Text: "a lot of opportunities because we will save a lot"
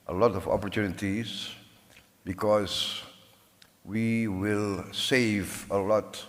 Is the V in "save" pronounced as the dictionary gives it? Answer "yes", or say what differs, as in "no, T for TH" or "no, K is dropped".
yes